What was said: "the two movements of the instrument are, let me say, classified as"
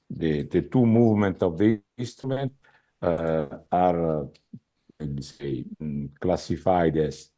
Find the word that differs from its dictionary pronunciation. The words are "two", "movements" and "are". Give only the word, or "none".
movements